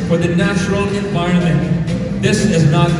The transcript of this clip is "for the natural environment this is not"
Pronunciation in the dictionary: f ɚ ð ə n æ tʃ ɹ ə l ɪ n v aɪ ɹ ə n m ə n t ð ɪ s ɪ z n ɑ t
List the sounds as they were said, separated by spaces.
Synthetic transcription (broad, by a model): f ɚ ð ə n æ tʃ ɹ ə l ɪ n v aɪ ə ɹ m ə n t ð ɪ s ɪ z n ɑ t